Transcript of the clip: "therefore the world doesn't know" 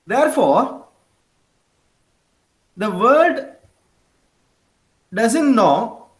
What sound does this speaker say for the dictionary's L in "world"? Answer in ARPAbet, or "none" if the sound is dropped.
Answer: none